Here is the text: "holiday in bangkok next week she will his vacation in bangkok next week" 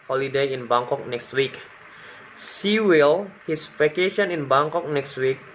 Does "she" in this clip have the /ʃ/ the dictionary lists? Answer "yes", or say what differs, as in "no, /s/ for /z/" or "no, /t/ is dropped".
no, /s/ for /ʃ/